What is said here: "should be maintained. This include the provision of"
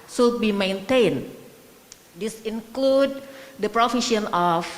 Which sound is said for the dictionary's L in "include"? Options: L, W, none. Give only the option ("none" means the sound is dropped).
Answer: L